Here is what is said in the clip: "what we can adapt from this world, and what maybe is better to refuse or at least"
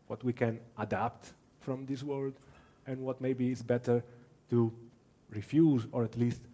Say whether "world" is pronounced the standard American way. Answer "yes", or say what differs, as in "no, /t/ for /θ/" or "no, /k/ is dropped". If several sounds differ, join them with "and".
yes